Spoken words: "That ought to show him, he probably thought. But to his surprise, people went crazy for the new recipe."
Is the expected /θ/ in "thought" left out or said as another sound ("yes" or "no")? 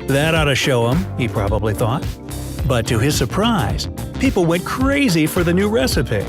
no